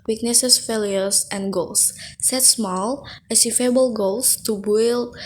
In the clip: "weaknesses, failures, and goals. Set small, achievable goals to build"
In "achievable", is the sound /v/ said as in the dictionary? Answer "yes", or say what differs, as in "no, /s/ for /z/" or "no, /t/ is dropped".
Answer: no, /f/ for /v/